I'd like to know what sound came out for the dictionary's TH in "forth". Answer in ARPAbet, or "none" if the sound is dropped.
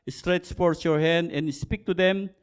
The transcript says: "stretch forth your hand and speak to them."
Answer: S